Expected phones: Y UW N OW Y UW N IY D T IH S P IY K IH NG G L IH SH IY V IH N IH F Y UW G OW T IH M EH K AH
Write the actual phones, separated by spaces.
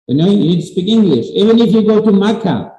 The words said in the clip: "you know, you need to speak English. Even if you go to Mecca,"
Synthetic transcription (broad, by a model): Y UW N OW Y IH N IY D T IH S P IY K IH NG G L IH SH IY V IH N IH F Y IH G OW T IH M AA K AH